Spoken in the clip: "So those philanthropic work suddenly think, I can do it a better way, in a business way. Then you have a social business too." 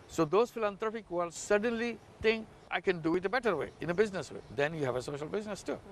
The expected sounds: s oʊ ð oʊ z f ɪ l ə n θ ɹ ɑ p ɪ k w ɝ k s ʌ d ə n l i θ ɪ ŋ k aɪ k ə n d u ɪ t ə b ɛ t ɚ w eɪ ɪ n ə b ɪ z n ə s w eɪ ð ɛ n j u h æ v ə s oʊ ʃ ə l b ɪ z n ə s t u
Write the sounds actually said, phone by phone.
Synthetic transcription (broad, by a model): s oʊ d oʊ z f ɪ l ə n t ɹ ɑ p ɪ k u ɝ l s ʌ d ə n l i t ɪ ŋ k aɪ k ə n d u ɪ t ə b ɛ t ɚ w eɪ ɪ n ə b ɪ z n ə s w eɪ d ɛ n j u h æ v ə s oʊ ʃ ə l b ɪ z n ə s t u